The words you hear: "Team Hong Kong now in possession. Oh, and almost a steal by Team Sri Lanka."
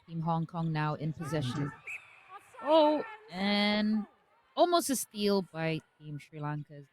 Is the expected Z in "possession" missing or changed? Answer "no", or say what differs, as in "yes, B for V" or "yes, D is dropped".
no